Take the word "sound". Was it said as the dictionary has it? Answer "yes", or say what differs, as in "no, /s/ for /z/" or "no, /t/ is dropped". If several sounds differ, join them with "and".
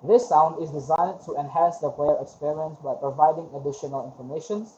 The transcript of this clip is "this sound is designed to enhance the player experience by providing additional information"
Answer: yes